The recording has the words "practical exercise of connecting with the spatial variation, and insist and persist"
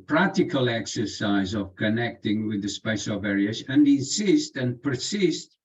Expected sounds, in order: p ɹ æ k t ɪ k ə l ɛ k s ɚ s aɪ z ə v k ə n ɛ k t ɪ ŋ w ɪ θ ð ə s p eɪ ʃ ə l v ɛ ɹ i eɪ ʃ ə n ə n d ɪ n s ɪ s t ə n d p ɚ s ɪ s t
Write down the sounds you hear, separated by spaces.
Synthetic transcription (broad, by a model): p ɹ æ k t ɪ k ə l ɛ k s ɚ s aɪ z ə v k ə n ɛ k t ɪ ŋ w ɪ ð ə s p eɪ s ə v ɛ ɹ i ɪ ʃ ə n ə ɪ n s ɪ s t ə n p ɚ s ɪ s t